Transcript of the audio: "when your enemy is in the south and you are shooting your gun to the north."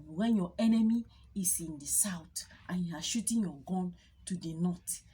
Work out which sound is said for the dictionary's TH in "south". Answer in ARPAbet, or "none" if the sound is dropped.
T